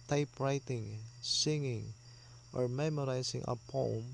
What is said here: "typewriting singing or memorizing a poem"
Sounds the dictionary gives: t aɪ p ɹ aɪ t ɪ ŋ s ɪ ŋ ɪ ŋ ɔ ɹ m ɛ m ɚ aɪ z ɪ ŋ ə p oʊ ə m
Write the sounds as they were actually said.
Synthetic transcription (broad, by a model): t aɪ p ɹ aɪ t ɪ ŋ s ɪ ŋ ɪ ŋ ɔ ɹ m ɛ m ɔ aɪ s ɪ ŋ ə p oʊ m